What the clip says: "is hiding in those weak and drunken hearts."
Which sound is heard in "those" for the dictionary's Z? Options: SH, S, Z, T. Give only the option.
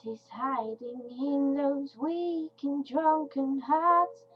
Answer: Z